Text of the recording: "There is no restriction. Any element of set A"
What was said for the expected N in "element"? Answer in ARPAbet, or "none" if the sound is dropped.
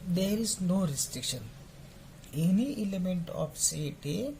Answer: N